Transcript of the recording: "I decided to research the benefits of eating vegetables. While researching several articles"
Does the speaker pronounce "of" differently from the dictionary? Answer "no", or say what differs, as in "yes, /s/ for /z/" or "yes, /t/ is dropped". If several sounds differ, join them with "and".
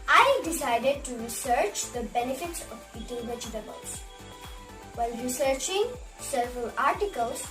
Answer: yes, /p/ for /v/